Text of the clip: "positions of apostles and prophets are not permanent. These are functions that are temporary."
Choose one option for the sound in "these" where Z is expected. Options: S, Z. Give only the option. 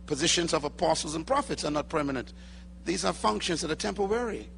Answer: Z